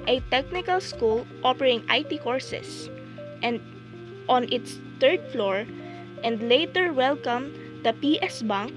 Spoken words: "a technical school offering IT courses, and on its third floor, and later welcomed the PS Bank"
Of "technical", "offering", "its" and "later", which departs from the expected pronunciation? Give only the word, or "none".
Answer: offering